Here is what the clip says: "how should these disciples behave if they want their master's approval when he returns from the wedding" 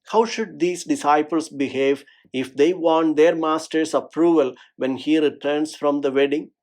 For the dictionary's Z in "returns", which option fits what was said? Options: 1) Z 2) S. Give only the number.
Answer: 2